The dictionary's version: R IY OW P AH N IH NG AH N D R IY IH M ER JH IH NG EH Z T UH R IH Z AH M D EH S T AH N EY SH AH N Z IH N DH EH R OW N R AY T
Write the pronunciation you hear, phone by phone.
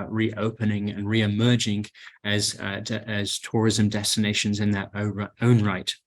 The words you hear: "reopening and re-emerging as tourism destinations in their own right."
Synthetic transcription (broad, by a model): R IY OW P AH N IH NG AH N R IY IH M ER JH IH NG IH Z T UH R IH Z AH M D EH S T AH N EY SH AH N Z IH N DH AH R OW N R AY T